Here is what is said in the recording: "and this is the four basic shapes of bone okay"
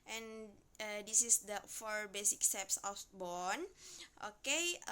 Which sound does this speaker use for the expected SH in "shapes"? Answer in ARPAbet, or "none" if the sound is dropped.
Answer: S